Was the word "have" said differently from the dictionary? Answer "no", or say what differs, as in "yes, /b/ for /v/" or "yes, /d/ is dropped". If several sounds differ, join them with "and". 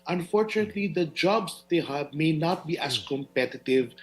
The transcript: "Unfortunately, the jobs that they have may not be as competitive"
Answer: yes, /b/ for /v/